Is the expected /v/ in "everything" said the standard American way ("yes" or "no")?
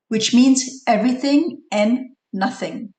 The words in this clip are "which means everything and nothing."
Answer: yes